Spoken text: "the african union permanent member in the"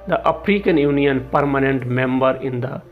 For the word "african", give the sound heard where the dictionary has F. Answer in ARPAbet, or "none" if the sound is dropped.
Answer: P